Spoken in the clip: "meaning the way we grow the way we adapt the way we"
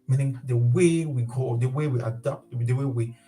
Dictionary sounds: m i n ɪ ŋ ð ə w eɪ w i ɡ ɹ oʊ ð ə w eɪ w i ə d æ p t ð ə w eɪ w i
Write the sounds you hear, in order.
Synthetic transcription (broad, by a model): m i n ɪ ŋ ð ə w eɪ w i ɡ oʊ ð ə w eɪ w i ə d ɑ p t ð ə w eɪ w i